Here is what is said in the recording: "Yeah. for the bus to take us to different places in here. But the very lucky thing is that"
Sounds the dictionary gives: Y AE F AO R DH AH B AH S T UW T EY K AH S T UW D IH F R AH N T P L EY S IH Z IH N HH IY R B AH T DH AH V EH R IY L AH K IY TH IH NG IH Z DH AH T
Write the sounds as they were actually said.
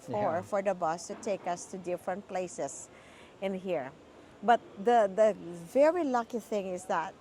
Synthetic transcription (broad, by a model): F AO F AO R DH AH B AH S T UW T EY K AH S T UW D IH F R AH N T P L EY S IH S IH N HH IY R B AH T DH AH V EH R IY L AH K IY TH IH NG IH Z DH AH T